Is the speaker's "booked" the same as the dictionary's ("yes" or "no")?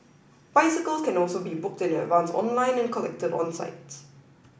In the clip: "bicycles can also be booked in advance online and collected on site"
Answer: yes